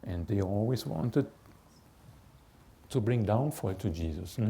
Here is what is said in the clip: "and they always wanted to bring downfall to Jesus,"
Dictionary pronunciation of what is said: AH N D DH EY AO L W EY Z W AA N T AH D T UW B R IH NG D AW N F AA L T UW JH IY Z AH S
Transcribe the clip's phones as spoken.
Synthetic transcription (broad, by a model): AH N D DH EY AO L W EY S W AA N T AH D T UW B R IH NG D AW N F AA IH T UW JH IY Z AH S